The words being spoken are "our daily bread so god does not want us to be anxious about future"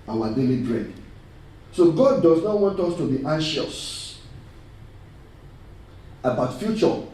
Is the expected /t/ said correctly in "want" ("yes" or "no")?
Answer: yes